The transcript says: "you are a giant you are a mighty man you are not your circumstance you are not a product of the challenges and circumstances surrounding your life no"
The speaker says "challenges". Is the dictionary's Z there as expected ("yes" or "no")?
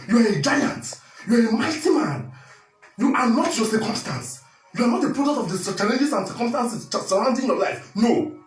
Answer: no